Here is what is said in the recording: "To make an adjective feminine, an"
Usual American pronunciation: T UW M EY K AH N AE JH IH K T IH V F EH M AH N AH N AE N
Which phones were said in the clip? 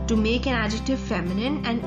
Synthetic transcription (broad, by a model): T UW M EY K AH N AE JH IH K T IH V F EH M AH N AH N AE N